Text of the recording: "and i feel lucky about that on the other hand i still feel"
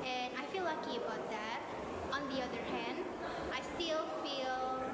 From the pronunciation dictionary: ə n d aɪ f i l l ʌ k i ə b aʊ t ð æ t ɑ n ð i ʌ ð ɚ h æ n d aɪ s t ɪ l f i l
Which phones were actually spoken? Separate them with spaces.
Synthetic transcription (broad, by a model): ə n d aɪ f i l l ʌ k i ə b aʊ t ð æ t ɑ n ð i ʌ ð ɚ h æ n d aɪ s t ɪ l f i l